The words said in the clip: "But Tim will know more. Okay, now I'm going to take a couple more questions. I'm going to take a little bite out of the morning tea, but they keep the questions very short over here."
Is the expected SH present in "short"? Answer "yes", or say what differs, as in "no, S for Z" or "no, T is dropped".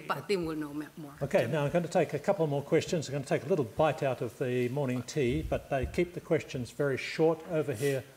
yes